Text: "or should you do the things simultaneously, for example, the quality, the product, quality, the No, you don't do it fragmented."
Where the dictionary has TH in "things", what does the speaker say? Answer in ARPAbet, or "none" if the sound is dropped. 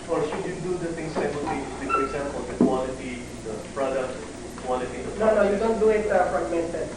T